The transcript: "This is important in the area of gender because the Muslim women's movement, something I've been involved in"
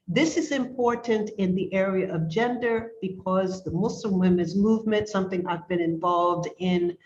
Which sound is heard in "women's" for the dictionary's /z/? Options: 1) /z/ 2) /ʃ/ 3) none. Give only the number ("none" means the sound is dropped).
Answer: 1